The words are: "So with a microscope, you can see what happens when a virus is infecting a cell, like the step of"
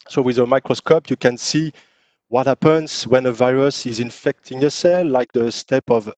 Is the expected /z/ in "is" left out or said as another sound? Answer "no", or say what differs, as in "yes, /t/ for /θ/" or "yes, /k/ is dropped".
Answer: no